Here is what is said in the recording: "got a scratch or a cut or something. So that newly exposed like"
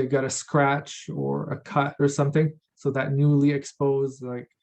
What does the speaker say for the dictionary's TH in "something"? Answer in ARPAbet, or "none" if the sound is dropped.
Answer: TH